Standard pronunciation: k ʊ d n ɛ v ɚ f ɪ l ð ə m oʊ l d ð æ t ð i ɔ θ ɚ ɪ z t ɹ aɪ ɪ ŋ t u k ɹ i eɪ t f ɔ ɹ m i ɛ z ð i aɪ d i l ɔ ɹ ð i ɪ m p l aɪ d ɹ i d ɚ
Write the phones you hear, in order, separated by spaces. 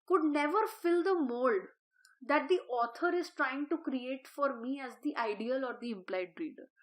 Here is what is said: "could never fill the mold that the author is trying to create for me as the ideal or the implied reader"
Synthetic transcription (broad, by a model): k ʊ d n ɛ v ɚ f ɪ l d ə m oʊ l d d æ t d i ɔ t ɚ ɪ z t ɹ aɪ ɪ ŋ t u k ɹ i eɪ t f ɔ ɹ m i ɛ z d i aɪ d i l ɔ ɹ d i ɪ m p l aɪ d ɹ i d ɚ